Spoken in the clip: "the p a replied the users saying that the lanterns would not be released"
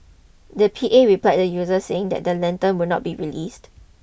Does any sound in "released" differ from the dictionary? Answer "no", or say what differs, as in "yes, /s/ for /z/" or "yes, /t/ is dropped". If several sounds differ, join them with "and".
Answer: no